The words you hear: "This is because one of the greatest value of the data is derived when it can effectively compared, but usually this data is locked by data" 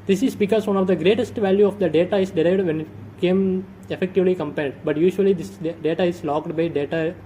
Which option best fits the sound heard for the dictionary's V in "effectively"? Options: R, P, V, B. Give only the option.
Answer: V